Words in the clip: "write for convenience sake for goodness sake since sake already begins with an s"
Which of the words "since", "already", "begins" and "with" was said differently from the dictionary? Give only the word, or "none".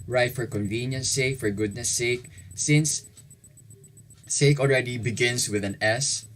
begins